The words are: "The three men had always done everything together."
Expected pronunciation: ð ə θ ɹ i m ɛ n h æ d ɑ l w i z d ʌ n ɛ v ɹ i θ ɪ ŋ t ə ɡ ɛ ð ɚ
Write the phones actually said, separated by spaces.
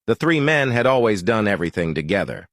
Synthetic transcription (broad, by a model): ð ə θ ɹ i m ɛ n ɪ d ɑ l w i z d ʌ n ɛ v ɹ i θ ɪ ŋ t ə ɡ ɛ ð ɚ